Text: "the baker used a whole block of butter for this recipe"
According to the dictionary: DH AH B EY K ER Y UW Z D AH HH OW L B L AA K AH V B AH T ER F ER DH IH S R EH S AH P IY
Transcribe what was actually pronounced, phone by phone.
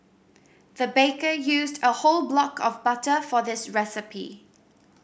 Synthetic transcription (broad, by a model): DH AH B EY K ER Y UW Z D AH HH OW L B L AA K AH V B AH T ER F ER DH IH S R EH S AH P IY